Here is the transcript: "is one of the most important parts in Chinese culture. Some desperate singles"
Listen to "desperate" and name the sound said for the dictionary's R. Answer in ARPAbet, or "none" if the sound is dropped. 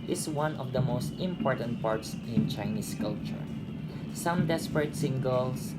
R